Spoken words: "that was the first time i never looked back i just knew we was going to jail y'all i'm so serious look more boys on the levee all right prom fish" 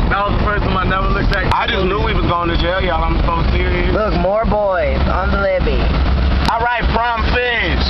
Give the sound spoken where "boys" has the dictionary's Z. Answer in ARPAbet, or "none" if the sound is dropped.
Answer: Z